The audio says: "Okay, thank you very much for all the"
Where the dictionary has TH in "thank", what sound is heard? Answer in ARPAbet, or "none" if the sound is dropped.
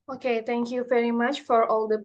T